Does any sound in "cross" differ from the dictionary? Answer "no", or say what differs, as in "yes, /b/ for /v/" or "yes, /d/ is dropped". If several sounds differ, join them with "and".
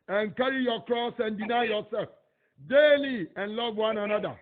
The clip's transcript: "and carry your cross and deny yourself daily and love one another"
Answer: no